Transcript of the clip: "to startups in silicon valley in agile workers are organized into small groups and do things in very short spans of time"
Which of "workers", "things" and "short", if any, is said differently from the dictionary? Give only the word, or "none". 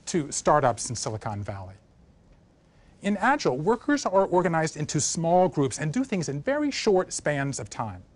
none